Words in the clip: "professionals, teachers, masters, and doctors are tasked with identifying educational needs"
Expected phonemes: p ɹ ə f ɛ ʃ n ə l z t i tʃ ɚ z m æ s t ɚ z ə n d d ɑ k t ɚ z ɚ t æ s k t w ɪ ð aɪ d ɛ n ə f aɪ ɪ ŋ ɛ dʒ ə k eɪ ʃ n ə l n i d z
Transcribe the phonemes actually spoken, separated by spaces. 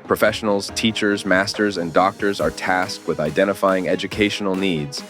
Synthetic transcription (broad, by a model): p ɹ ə f ɛ ʃ n l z t i tʃ ɚ z m æ s t ɚ z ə n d d ɑ k t ɚ z ɚ t æ s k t w ɪ ð aɪ d ɛ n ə f aɪ ɪ ŋ ɛ dʒ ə k eɪ ʃ n l n i d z